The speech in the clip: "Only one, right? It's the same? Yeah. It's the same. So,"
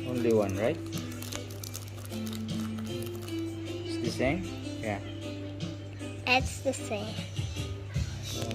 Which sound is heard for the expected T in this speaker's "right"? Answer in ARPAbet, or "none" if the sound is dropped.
none